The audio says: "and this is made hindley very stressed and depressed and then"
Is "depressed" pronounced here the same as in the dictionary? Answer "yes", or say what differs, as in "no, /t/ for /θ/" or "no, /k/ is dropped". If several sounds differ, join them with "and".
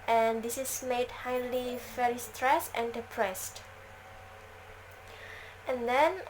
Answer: yes